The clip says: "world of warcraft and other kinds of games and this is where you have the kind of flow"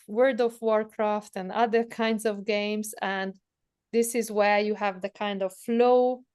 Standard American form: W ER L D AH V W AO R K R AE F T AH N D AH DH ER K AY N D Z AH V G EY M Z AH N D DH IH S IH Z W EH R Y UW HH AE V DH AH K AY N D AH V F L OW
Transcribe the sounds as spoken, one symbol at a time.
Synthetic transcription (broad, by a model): W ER D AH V W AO R K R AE F T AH N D AH DH ER K AY N D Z AH V G EY M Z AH N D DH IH S IH Z W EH R Y UW HH AE V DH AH K AY N D AH V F L OW